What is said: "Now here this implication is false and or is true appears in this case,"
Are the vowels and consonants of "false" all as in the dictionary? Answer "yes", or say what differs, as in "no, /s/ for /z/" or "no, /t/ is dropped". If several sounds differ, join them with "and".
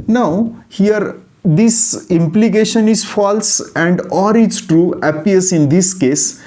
yes